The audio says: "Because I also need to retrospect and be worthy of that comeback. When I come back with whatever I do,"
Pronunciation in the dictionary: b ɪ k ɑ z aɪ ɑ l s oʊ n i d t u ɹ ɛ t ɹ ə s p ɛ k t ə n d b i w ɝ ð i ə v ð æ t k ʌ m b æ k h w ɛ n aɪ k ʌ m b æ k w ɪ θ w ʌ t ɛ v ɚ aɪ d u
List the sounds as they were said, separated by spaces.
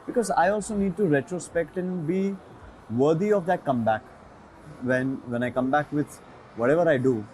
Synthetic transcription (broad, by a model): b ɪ k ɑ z aɪ ɑ l s oʊ n i d t u ɹ ɛ t ɹ ə s p ɛ k t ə n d b i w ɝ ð i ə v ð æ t k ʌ m b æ k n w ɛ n aɪ k ʌ m b æ k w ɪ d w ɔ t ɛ v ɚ aɪ d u